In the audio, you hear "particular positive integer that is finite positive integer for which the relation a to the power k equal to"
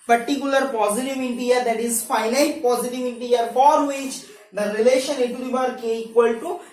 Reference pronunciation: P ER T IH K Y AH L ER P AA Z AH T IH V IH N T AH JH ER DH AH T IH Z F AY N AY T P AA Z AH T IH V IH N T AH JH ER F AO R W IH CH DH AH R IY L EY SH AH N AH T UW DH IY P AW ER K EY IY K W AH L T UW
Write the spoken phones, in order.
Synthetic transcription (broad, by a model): P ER T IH K Y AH L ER P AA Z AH T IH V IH N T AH ER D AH T IH Z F AY N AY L P AA Z AH T IH V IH N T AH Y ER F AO R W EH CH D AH R IY L EY SH AH N AH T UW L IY B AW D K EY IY K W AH L T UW